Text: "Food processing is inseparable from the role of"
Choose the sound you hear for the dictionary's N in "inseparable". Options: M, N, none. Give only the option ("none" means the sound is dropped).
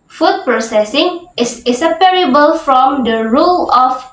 none